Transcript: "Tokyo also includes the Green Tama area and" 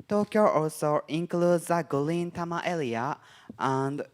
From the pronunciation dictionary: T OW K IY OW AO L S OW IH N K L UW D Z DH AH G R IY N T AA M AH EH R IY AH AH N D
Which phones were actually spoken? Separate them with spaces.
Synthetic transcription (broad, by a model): T OW K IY OW AO L S OW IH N K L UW D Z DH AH G L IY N T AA M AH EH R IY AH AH N D